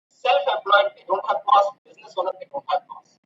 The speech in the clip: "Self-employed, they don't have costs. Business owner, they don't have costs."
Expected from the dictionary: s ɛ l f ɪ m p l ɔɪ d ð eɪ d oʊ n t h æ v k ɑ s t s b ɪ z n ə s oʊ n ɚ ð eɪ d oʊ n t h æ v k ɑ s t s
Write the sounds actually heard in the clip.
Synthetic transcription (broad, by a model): s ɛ l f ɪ p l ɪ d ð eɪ d oʊ n t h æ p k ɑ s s b ɪ z n ə s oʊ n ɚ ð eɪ d oʊ n t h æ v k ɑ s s